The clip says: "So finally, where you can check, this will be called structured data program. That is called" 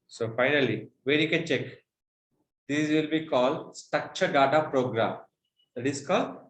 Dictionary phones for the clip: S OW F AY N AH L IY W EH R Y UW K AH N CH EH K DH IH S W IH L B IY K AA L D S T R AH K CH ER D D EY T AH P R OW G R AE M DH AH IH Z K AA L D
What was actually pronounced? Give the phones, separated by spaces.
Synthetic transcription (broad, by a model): S OW F AY N AH L IY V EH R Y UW K AH N CH EH K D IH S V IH L B IY K AA L D S T AH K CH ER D D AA T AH P R OW G R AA M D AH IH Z K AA L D